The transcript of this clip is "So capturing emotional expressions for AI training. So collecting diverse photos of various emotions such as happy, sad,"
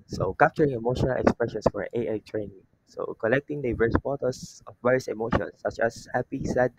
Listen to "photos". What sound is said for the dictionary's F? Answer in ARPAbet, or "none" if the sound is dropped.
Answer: P